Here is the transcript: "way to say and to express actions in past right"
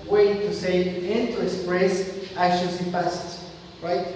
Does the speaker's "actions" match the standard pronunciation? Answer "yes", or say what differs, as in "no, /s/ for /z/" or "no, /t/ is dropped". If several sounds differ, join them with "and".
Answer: no, /k/ is dropped